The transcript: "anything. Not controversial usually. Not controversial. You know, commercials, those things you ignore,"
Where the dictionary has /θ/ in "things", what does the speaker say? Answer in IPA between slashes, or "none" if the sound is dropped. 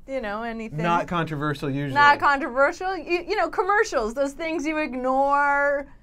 /θ/